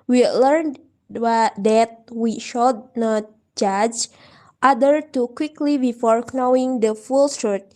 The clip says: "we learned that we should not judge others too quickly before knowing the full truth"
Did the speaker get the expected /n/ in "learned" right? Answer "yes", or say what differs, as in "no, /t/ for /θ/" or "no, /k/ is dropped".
yes